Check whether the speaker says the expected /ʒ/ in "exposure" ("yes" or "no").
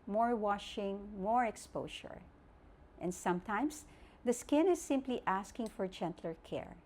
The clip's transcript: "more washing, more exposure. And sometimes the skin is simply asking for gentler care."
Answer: no